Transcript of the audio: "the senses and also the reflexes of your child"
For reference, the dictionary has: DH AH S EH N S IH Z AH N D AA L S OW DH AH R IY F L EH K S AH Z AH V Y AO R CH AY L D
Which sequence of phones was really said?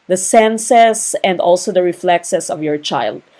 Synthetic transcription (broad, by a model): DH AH S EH N S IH S AH N D AA L S OW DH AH R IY F L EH K S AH S AH V Y AO R CH AY L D